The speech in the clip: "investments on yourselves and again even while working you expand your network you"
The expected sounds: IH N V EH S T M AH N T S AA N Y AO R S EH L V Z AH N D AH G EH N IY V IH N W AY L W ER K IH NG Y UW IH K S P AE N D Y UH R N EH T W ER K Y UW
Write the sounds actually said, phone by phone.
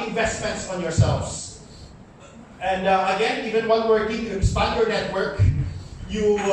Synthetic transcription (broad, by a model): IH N V EH S T M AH N T S AA N Y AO R S EH L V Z AH N D AH G EH N IY V IH N W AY N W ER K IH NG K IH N S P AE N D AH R N EH T W ER K Y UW